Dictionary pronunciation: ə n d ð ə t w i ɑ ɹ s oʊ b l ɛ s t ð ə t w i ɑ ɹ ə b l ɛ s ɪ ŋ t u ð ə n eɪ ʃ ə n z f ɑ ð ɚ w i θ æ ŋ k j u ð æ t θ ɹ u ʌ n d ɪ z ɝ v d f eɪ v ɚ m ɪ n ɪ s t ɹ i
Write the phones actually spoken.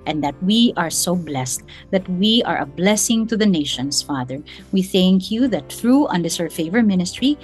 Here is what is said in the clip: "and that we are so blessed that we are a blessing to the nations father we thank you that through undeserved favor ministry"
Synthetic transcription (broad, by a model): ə n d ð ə t w i ɑ ɹ s oʊ b l ɛ s t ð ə t w i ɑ ɹ ə b l ɛ s ɪ ŋ t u ð ə n eɪ ʃ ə n s f ɑ ð ɚ w i θ æ ŋ k j u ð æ t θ ɹ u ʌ n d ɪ s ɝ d f eɪ v ɚ m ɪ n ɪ s t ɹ i